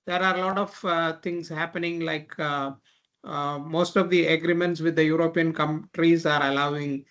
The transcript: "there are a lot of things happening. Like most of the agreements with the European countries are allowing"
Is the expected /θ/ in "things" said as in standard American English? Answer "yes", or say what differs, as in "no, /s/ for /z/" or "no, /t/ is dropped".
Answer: no, /t/ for /θ/